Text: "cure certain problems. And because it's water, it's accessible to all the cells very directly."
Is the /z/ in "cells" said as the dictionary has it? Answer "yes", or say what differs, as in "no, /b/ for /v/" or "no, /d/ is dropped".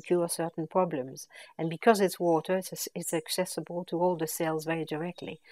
yes